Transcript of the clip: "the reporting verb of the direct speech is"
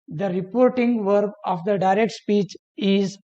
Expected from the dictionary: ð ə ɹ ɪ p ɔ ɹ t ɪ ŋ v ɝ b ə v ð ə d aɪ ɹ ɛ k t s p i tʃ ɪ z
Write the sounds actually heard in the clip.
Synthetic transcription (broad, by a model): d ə ɹ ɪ p ɔ ɹ t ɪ ŋ v ɝ b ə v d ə d aɪ ɹ ɛ k t s p i tʃ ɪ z